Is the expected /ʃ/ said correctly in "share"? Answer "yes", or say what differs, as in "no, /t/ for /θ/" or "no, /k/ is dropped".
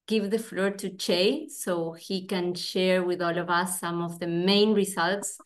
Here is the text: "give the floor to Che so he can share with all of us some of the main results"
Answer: yes